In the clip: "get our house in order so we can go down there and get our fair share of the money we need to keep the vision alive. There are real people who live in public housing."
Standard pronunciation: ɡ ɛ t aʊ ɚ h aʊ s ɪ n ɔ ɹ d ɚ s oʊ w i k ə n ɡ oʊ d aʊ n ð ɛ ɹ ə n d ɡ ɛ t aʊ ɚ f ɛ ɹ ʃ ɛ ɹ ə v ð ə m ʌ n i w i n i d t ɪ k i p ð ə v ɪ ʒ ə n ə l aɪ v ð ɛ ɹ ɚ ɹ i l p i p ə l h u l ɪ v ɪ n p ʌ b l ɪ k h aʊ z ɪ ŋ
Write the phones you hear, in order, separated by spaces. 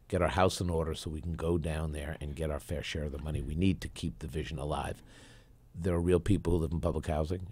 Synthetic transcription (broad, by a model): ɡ ɛ t aʊ ɚ h aʊ s ɪ n ɔ ɹ d ɚ s oʊ w i k n ɡ oʊ d aʊ n ð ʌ ɹ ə n ɡ ɛ t aʊ ɚ f ɛ ɹ ʃ ɛ ɹ ə v ð ə m ʌ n i w i n i d t ɪ k i p ð ə v ɪ ʒ ə n ə l aɪ v ð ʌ ɹ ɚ ɹ i l p i p l h u l ɪ v n p ʌ b l ɪ k h aʊ z ɪ ŋ